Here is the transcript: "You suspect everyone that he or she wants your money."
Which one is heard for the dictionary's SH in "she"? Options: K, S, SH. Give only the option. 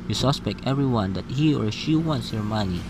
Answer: SH